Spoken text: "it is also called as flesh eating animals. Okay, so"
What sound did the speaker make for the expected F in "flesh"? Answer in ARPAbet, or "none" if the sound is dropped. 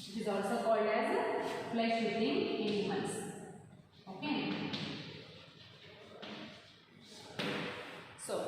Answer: P